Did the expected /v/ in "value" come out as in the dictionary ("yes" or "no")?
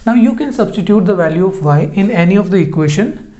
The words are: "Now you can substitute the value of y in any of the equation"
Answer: yes